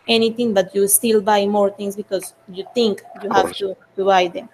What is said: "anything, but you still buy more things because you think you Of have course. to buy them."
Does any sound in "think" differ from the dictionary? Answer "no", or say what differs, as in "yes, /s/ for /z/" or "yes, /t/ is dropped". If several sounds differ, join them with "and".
yes, /t/ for /θ/